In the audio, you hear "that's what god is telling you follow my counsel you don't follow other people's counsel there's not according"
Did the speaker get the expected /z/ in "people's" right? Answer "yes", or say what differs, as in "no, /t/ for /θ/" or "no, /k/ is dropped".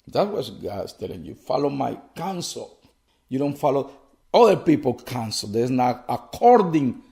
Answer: no, /z/ is dropped